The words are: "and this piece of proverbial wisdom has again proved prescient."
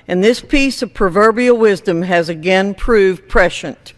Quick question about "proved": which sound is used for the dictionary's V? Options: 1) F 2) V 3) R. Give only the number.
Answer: 2